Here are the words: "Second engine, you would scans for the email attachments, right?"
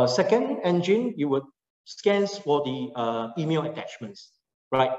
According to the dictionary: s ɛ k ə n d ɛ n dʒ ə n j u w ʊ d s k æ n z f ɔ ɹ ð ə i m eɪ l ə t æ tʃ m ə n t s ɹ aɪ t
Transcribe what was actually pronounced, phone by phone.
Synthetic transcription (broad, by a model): s ɛ k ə n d ɛ n dʒ ə n j u w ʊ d s k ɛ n s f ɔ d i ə i m eɪ l ə t æ tʃ m ə n t s ɹ aɪ t